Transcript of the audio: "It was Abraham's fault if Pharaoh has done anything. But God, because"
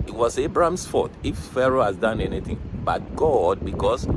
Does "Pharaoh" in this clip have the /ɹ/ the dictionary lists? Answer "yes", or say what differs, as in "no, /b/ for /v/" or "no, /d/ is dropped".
yes